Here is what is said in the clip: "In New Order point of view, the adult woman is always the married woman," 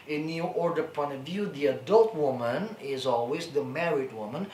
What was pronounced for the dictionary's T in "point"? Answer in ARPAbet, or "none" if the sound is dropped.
none